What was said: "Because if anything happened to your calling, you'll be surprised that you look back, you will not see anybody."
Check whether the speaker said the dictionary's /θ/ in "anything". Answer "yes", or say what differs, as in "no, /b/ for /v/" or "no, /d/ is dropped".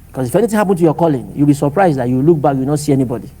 no, /t/ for /θ/